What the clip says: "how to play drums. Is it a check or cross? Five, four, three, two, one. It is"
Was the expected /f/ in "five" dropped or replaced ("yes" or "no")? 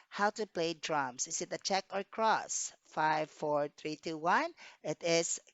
no